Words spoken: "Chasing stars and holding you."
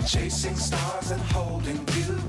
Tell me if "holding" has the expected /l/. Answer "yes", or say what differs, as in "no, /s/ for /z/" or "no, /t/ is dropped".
yes